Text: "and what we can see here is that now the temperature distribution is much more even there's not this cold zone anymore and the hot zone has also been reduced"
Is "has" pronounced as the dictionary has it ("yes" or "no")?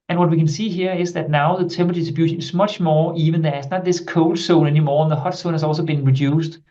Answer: no